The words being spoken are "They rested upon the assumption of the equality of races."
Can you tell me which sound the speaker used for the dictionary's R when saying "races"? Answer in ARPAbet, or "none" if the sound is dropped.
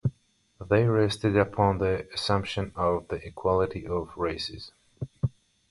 R